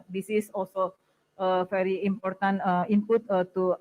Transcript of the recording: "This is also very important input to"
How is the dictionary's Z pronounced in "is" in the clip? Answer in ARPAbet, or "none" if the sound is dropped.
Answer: S